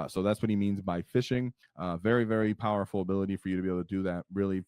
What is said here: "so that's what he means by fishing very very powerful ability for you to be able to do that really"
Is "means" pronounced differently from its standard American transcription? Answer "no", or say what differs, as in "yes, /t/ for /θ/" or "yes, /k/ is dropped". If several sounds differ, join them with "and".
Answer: no